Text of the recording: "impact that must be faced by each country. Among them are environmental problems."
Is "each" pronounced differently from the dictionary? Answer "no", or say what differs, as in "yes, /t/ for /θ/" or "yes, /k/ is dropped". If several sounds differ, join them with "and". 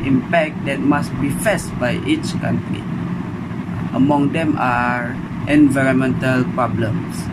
no